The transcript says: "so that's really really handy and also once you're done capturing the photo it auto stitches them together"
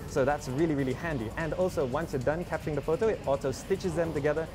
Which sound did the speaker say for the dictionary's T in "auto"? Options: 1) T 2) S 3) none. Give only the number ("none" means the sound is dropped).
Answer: 2